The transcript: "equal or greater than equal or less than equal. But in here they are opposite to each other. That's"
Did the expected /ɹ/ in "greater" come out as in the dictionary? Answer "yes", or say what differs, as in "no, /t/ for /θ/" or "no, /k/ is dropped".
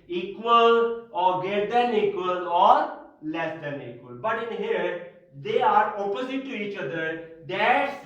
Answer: no, /ɹ/ is dropped